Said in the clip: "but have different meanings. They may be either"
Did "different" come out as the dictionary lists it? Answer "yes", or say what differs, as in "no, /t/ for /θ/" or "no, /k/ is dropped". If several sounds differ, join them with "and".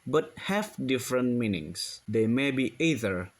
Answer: yes